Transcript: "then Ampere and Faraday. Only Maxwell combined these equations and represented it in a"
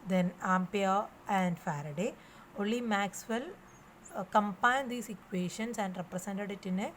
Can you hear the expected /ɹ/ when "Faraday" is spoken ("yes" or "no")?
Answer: yes